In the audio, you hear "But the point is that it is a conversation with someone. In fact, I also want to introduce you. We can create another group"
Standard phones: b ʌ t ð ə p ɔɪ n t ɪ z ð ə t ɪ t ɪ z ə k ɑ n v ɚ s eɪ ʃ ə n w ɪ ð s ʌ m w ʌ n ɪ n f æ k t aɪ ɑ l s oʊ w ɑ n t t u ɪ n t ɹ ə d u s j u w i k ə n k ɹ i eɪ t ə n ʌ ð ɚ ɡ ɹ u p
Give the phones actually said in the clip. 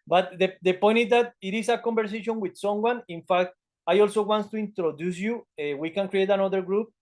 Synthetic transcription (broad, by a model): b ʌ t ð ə p ɔɪ n t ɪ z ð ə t ɪ t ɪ s ə k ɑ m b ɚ s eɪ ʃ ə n w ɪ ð s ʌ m w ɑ n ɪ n f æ k t aɪ ɑ l s oʊ w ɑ n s t u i n t ɹ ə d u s j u w i k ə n k ɹ i eɪ t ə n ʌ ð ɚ ɡ ɹ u p